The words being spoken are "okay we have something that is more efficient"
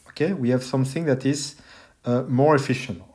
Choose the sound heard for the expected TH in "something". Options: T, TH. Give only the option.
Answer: TH